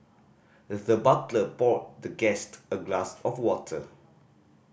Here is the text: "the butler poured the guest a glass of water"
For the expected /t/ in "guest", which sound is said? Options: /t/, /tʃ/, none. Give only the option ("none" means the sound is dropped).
/t/